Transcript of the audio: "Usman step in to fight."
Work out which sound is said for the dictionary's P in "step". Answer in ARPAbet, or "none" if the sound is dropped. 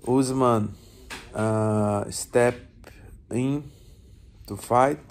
P